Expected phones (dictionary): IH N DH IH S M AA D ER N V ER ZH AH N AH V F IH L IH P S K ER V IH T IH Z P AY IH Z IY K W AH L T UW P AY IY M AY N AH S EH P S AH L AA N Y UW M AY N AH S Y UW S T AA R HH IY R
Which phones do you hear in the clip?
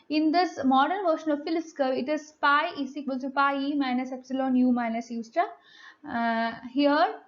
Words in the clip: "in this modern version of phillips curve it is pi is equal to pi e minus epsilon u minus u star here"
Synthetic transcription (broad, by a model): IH N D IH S M AA D ER N V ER SH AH N AH V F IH L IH S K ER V IH T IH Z P AY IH S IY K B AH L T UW P AY IY M AY N AH S EH P S AH L AA N Y UW M AY N AH S Y UW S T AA HH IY R